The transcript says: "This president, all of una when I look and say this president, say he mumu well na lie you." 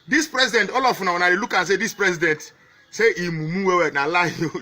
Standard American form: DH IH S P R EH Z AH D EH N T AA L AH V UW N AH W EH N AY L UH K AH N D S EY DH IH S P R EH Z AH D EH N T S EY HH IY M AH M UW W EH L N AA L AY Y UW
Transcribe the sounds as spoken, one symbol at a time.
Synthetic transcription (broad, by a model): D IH S P R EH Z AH D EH N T AA L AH F UW N AH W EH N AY L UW K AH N S EY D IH S P R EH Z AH D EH N T S EY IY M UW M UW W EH W N AA L AY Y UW